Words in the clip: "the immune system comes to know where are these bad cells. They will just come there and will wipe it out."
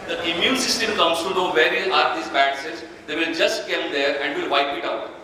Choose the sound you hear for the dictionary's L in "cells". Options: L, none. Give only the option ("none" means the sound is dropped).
none